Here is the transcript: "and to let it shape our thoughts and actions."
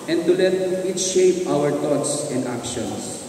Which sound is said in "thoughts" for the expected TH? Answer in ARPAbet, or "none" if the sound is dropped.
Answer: T